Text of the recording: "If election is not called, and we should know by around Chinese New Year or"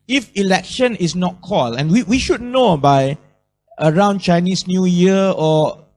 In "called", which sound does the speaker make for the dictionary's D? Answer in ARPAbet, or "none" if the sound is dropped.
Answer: none